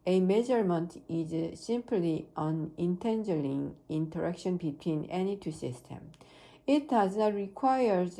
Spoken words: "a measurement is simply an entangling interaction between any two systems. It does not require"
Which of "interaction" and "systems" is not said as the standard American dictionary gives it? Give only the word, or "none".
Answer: systems